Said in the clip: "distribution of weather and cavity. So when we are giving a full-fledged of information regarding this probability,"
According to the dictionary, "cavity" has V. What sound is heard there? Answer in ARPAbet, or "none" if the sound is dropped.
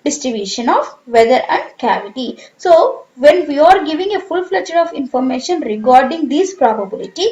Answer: V